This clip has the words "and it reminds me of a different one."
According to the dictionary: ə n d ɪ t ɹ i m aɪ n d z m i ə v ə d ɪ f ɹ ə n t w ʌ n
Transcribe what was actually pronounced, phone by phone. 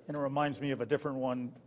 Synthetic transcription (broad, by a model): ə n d ɪ t ɹ i m aɪ n d z m i ə v ə d ɪ f ɹ ə n t w ʌ n